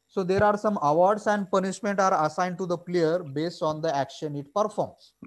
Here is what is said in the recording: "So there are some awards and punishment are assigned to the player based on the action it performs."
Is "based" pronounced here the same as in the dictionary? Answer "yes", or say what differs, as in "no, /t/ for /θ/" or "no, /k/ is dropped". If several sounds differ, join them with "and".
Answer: yes